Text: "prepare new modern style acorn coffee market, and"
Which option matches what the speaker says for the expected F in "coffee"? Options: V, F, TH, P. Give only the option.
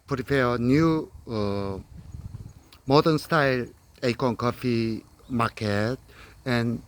F